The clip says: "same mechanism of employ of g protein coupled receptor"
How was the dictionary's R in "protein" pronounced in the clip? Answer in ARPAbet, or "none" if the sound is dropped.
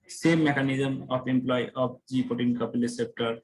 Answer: none